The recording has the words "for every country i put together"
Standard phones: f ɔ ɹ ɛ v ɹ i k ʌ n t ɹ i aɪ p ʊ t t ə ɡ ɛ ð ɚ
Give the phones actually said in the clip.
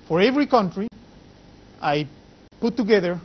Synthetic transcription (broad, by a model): f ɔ ɹ ɛ v ɹ i k ʌ n t ɹ i aɪ p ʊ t t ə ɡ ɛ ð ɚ